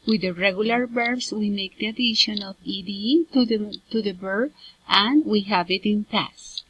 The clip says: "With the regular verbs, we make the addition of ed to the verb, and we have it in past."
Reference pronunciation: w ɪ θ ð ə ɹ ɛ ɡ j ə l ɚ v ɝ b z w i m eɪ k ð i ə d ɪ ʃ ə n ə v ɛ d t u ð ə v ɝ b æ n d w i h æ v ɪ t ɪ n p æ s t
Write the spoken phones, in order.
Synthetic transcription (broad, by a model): w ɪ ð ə ɹ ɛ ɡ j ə l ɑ b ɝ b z w i m eɪ k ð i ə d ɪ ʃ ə n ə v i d t u ð ə b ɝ æ n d w i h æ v ɪ t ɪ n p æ s